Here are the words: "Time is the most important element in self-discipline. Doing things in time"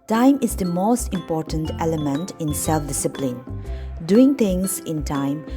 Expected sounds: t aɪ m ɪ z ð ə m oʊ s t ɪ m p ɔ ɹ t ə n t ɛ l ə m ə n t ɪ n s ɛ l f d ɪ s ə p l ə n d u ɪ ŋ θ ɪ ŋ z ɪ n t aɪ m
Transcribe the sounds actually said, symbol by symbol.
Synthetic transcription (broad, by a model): t aɪ m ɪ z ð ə m oʊ s t ɪ m p ɔ ɹ t ə n t ɛ l ə m ə n t ɪ n s ɛ l f d ɪ s ə p l ə n d u ɪ ŋ t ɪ ŋ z ɪ n t aɪ m